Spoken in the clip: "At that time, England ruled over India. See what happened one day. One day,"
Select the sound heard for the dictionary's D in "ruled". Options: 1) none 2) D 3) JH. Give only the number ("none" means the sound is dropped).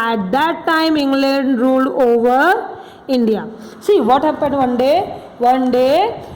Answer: 1